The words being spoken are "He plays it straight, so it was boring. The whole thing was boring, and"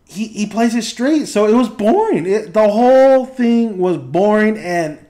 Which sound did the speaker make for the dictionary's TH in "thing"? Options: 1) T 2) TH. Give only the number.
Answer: 2